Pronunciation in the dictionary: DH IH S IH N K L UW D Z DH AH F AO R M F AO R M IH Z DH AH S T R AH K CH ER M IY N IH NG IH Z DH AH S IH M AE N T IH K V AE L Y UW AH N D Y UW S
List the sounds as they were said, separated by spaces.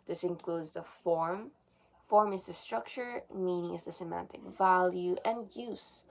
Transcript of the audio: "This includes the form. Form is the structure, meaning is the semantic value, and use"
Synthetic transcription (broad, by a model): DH IH S IH N K L UW D Z DH AH F AO R M F AO R M IH Z DH AH S T R AH K CH ER M IY N IH NG IH Z DH AH S IH M AE N T IH K V AE L Y UW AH N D Y UW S